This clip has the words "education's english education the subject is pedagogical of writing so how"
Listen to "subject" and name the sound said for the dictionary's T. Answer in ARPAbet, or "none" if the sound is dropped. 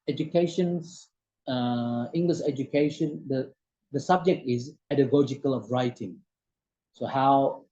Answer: T